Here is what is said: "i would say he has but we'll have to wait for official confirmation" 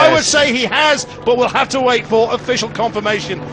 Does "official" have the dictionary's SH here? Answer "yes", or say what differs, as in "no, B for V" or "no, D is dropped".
yes